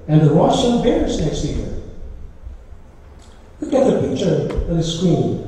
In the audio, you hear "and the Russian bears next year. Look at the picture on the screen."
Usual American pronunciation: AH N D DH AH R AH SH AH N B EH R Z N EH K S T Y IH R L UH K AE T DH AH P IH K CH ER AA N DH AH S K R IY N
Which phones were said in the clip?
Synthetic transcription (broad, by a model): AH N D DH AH W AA S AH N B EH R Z N EH K S T Y IH R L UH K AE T DH AH P IH K CH ER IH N DH AH S K R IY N